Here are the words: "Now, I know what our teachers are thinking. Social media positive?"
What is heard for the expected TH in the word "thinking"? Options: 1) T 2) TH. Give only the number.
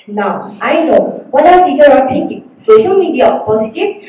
1